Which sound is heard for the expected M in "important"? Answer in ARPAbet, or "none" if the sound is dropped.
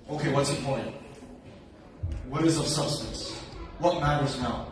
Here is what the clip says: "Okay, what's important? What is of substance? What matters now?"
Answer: none